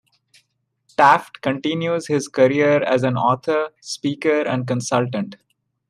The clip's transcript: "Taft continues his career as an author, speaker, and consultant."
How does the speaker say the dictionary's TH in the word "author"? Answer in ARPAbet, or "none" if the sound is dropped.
T